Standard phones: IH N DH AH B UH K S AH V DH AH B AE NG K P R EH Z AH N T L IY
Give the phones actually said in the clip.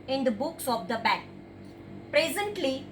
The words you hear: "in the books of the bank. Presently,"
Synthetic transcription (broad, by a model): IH N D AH B UH K S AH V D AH B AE K P R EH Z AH N T L IY